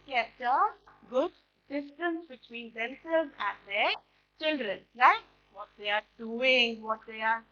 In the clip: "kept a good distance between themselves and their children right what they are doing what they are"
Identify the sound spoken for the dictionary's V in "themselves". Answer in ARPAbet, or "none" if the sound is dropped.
none